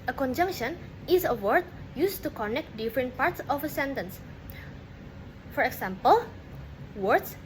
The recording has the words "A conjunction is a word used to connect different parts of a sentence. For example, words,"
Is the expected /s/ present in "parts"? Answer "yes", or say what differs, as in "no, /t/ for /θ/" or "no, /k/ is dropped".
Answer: yes